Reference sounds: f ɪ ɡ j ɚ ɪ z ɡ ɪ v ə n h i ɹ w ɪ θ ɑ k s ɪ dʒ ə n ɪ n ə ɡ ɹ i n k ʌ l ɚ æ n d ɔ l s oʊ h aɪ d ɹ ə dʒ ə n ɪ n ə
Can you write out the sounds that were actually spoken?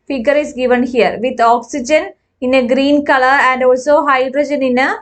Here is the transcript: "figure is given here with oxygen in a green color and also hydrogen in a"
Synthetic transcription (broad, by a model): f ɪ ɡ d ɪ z ɡ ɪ v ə n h i ɹ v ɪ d ɑ k s ɪ dʒ ə n ɪ n ə ɡ ɹ i n k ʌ l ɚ æ n d ɔ l s oʊ h aɪ d ɹ ə dʒ ə n ɪ n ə